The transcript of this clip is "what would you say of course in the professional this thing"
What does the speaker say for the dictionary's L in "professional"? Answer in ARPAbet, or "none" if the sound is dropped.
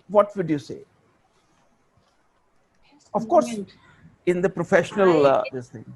L